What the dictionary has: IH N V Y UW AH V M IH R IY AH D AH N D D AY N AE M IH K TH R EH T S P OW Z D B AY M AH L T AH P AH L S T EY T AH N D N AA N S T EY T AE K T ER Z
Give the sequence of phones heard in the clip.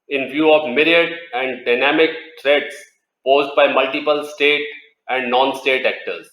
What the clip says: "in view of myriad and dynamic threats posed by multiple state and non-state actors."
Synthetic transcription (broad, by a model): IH N V Y UW AH V M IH R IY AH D AH N D D AY N AE M IH K T R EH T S P OW Z D B AY M AH L T AH P AH L S T EY T AH N D N AA N S T EY T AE K T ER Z